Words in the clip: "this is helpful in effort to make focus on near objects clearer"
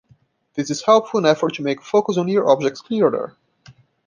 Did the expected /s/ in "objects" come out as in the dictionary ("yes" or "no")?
yes